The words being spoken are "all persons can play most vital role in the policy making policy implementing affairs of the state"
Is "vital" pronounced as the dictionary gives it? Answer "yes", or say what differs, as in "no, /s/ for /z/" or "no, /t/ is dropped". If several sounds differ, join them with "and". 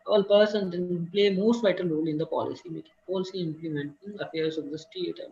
yes